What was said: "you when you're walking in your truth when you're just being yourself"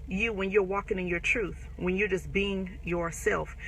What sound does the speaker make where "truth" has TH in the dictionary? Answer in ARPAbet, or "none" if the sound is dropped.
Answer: TH